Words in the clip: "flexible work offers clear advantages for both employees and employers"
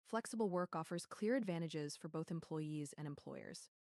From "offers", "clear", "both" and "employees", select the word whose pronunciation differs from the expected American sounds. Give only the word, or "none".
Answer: none